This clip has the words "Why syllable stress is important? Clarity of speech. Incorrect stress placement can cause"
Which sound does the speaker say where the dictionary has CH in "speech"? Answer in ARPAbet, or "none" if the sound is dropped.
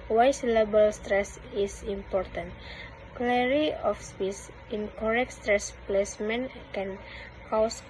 S